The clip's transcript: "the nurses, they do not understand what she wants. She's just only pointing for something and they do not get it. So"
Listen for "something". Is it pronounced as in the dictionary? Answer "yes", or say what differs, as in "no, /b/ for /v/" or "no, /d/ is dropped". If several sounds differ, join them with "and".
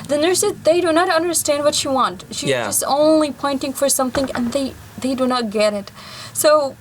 yes